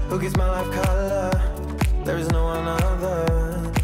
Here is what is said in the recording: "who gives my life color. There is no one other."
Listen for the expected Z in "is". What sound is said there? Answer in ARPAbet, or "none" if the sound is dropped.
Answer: Z